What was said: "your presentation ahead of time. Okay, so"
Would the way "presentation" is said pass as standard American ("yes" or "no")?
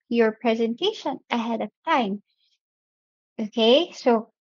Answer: yes